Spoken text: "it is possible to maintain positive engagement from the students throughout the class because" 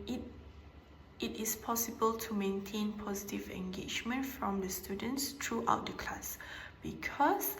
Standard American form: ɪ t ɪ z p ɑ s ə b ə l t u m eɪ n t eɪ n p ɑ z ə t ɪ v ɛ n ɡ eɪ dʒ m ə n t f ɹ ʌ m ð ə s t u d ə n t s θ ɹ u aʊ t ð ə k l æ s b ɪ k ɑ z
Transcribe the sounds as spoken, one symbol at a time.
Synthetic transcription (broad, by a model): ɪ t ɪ s p ɑ s ə b ə l t u m eɪ n t eɪ n p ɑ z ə t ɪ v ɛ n ɡ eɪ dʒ m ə n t f ɹ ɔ m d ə s t u d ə n t s t ɹ u aʊ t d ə k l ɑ s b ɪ k ɑ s